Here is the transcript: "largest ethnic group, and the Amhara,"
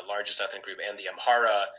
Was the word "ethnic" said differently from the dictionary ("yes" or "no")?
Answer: yes